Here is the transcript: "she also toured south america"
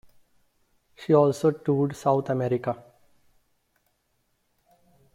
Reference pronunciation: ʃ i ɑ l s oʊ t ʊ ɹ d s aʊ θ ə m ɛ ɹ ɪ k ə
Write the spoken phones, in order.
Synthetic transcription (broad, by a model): ʃ i ɑ l s oʊ t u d s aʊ t ə m ɛ ɹ ɪ k ə